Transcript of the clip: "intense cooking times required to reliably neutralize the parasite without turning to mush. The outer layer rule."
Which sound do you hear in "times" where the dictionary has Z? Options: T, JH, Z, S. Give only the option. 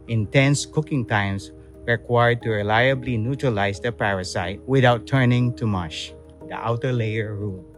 S